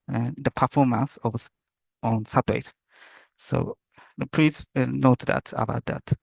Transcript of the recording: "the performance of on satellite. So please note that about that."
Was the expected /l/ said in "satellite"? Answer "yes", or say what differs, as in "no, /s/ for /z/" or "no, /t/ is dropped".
no, /l/ is dropped